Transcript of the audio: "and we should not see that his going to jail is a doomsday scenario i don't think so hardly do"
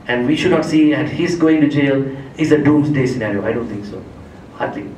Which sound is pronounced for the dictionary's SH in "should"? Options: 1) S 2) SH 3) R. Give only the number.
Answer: 2